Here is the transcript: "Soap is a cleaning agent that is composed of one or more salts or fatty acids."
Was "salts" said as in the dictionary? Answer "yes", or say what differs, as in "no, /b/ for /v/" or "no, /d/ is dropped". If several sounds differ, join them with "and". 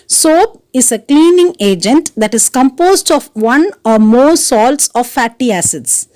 yes